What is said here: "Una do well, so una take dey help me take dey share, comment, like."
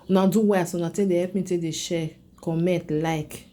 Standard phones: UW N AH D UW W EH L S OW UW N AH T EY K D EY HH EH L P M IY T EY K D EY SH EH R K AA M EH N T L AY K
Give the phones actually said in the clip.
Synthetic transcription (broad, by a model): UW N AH D UW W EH S OW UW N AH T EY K D EY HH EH P M IY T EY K D EY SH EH K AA M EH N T L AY K